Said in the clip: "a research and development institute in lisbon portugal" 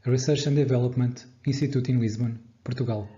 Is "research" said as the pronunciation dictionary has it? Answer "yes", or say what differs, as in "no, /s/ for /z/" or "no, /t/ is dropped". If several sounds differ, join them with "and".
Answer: no, /ʃ/ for /tʃ/